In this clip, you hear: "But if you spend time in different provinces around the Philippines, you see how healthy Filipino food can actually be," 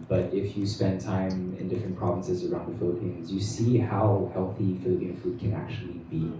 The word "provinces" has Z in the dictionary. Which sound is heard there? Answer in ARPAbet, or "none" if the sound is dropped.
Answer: Z